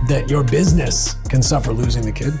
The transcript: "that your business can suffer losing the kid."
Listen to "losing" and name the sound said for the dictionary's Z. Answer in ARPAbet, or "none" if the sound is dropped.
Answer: Z